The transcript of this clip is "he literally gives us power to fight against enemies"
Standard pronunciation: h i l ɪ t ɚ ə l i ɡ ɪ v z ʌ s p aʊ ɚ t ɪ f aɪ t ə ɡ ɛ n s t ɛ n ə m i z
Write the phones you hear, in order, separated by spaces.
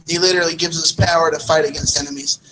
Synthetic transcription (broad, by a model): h i l ɪ t ɚ l i ɡ ɪ v z ʌ s p aʊ ɚ t ɪ f aɪ t ə ɡ ɛ n s t ɛ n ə m i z